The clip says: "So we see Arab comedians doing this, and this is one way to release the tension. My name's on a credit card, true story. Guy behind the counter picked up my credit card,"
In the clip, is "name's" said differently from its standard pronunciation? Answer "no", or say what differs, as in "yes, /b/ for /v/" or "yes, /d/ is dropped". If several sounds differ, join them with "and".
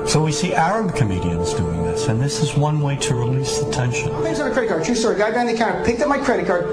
yes, /z/ is dropped